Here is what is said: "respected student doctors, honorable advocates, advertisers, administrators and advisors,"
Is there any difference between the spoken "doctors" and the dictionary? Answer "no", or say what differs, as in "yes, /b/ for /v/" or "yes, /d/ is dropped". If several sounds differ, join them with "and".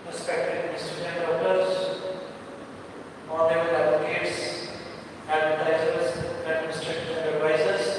yes, /k/ is dropped